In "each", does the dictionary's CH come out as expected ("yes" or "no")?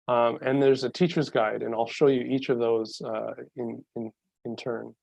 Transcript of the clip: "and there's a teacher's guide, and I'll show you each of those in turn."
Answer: yes